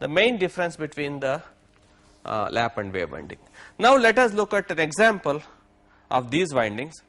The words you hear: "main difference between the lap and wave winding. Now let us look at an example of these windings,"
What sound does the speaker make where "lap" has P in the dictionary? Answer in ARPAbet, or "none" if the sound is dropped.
P